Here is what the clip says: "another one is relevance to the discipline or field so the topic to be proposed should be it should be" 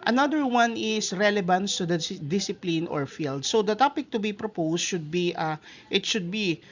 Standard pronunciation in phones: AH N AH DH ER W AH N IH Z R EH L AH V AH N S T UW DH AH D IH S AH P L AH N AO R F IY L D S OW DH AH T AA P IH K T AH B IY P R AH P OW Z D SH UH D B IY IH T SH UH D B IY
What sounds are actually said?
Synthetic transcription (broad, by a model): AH N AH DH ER W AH N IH S R EH L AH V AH N S T UW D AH D IH S AH P L AH N AO R F IY L D S OW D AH T AA P IH K T AH B IY P R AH P OW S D SH UH D B IY IH T SH UH D B IY